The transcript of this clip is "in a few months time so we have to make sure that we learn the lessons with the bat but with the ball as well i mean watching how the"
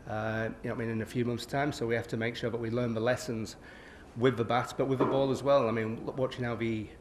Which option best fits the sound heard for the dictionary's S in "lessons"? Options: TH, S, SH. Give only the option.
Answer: S